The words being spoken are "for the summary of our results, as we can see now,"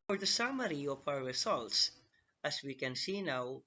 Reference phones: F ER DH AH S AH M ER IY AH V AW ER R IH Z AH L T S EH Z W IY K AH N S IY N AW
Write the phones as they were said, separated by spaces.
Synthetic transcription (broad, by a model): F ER DH AH S AH M ER IY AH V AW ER R IH Z AH L T S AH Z W IY K AH N S IY N AW